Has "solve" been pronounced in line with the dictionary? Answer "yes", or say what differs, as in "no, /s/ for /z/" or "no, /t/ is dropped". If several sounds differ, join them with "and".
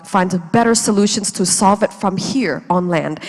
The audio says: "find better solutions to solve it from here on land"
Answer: yes